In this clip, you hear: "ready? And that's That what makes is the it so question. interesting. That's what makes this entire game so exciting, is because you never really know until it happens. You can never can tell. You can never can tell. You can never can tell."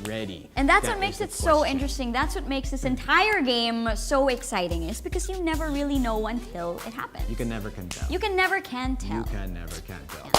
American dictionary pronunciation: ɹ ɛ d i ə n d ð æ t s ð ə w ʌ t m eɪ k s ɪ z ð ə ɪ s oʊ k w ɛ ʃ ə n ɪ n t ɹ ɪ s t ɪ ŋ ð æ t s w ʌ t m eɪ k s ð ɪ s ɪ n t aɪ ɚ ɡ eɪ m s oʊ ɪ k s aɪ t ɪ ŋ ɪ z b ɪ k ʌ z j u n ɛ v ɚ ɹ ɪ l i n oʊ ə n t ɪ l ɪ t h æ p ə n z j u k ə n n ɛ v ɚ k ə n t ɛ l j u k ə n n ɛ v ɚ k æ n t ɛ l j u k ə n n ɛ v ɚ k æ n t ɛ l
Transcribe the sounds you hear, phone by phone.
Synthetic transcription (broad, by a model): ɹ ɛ d i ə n ð æ t s w ʌ t m eɪ k s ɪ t s oʊ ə ɪ n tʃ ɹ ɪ s t ɪ ŋ ð æ t s w ʌ t m eɪ k s ð ɪ s ɪ n t aɪ ɚ ɡ eɪ m s oʊ ɪ k s aɪ t ɪ ŋ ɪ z b ɪ k ʌ z j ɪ n ɛ v ɚ ɹ ɪ l i n oʊ ə n t ɪ l ɪ t h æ p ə n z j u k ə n n ɛ v ɚ k ə n t ɛ l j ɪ k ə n n ɛ v ɚ k æ n t ɛ l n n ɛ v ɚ k æ n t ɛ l